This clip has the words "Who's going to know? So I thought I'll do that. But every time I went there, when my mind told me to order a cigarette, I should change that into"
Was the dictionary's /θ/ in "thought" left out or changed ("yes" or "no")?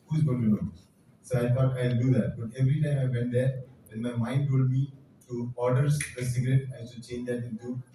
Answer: yes